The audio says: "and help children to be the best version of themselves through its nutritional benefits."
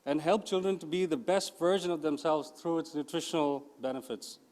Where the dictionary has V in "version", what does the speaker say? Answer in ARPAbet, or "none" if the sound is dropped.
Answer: V